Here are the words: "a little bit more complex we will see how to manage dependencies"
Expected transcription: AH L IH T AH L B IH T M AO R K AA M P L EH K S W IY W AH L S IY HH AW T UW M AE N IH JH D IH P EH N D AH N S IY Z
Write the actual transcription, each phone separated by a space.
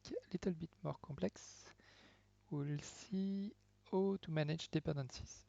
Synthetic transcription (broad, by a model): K L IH T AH L B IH T M AO R K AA P L EH K S W IY L S IY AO T UW M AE N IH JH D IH P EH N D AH N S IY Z